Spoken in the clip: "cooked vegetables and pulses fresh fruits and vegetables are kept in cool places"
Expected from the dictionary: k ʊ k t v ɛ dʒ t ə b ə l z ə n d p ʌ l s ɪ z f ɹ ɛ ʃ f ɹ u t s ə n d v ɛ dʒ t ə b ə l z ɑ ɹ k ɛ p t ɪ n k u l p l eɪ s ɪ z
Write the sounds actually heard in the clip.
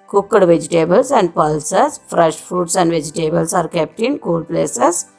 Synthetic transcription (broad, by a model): k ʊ k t v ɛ dʒ t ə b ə l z ə n d p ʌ l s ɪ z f ɹ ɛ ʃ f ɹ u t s ə n d v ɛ dʒ t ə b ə l s ɑ ɹ k ɛ p t ɪ n k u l p l eɪ s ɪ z